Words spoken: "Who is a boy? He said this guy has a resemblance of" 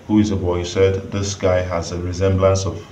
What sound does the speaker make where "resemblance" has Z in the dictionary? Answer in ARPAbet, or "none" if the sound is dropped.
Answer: Z